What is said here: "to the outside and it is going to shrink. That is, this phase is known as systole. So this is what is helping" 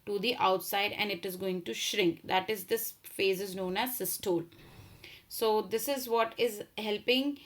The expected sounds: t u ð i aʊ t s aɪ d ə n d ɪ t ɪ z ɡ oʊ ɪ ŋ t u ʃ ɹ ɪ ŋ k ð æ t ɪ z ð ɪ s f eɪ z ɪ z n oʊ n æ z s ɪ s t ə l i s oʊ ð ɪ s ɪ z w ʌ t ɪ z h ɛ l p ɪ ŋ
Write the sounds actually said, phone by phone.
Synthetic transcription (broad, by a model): t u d i aʊ t s aɪ d ə n d ɪ t ɪ z ɡ oʊ ɪ ŋ t u ʃ ɹ ɪ ŋ k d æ t ɪ z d ɪ s f eɪ z ɪ z n oʊ n æ z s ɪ s t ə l s oʊ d ɪ s ɪ z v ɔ t ɪ z h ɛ l p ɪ ŋ